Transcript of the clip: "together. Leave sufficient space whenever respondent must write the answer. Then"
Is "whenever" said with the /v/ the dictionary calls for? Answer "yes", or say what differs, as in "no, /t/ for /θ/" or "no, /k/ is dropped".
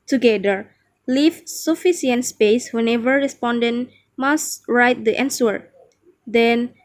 yes